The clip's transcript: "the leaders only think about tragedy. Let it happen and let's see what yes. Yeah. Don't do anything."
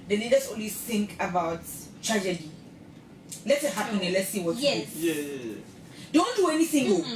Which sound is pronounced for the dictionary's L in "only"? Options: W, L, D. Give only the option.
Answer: W